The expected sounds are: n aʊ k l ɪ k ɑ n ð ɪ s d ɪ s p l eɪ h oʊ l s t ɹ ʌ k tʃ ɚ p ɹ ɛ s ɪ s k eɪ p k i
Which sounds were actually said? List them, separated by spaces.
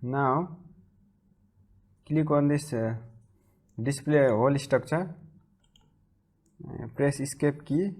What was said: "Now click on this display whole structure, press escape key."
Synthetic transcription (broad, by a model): n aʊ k l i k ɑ n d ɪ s d ɪ s p l eɪ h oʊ l s t ʌ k s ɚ p ɹ ɛ s ɪ s k eɪ p k i